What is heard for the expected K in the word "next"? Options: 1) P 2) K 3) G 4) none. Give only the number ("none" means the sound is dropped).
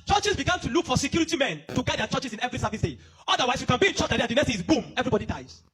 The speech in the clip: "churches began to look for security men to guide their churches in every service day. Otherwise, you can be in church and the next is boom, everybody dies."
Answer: 4